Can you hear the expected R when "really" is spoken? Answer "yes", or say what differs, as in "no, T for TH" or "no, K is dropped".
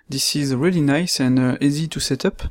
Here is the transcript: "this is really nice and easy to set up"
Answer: yes